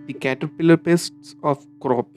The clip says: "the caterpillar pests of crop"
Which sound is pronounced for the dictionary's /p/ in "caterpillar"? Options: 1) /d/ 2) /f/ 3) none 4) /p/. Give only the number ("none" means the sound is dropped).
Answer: 4